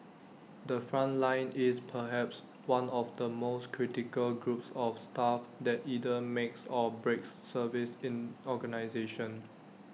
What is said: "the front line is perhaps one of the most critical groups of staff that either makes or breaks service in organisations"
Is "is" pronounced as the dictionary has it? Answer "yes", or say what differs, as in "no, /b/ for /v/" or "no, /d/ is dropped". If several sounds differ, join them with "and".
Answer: no, /s/ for /z/